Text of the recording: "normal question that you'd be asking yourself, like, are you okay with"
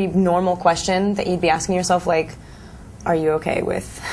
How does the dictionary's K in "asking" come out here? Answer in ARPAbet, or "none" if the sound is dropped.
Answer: K